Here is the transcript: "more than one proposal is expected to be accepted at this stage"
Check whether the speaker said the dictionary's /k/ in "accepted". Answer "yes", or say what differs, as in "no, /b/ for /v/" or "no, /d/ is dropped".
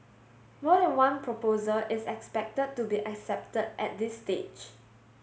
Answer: yes